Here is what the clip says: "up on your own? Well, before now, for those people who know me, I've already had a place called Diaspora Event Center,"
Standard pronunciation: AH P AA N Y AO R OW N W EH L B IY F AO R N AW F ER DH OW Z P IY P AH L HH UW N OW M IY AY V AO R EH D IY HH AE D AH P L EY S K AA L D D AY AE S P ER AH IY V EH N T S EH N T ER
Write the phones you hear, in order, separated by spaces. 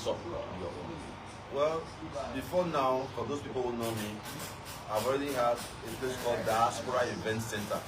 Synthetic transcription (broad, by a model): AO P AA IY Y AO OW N W EH L B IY F AO N AW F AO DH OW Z P IY P AH L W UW N OW M IY AY V AO R EH D IY HH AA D AH P L EY S K AA L D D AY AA S P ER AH IY V EH N T S EH N T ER